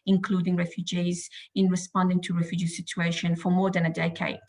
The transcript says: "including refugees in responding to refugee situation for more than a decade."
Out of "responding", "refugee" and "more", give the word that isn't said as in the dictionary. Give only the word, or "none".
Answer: none